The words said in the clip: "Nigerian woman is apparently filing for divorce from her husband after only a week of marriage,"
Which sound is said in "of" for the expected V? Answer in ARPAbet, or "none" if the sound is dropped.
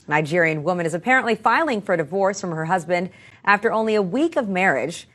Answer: V